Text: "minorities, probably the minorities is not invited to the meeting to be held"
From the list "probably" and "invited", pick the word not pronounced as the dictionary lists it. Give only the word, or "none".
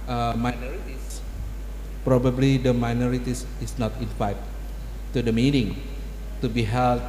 invited